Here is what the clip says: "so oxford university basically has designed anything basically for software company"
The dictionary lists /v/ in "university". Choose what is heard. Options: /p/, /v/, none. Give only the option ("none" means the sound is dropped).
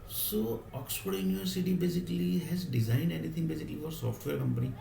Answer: none